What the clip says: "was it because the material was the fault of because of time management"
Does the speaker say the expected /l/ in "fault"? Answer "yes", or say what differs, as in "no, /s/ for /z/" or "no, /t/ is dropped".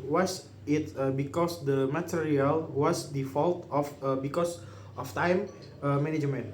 yes